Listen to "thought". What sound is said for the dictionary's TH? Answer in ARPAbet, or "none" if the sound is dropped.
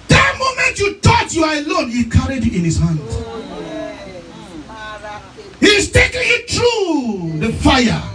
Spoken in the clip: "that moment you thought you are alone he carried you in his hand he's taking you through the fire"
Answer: T